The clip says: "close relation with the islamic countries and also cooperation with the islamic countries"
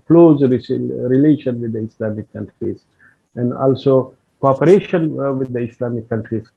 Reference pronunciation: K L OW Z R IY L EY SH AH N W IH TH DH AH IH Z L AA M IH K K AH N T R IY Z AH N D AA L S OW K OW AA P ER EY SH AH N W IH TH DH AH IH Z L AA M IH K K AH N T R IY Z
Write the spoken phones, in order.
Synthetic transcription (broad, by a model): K L OW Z R IY L EY SH AH N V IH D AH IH S L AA M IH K K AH N T R IY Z AH N D AA L S OW K OW AA P ER EY SH AH N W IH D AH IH S L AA M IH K K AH N T R IY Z